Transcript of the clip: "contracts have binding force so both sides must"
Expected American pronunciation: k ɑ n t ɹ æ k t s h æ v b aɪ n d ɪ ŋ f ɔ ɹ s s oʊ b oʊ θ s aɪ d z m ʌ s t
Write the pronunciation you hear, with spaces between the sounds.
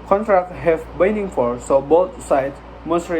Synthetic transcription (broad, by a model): k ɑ n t ɹ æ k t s h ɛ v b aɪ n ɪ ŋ f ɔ ɹ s s oʊ b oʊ s s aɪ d m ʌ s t